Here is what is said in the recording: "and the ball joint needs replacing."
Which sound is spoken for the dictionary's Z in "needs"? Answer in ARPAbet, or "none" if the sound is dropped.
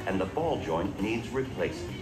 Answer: Z